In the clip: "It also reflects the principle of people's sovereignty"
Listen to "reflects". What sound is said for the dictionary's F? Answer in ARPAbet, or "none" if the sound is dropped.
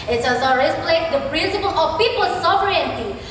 P